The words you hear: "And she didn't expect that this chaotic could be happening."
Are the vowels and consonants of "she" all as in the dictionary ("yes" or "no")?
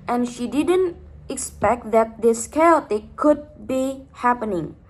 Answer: yes